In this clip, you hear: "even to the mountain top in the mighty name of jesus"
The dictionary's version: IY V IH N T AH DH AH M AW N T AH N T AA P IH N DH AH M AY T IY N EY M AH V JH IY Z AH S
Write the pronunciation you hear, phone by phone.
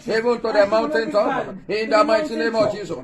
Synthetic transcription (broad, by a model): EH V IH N T AH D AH M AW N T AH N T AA IH N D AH M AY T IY N EY M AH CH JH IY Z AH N